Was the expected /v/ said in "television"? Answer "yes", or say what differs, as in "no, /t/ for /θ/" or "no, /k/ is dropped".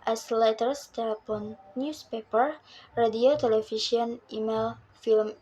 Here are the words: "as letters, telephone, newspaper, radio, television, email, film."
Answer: no, /f/ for /v/